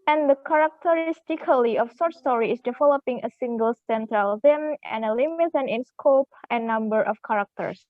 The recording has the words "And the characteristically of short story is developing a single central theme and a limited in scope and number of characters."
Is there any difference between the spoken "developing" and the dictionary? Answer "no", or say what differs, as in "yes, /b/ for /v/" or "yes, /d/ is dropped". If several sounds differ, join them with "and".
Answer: no